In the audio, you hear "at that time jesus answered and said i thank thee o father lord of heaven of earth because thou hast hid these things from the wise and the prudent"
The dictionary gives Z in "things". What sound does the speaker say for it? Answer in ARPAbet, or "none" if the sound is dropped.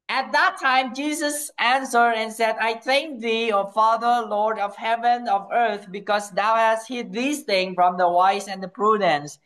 none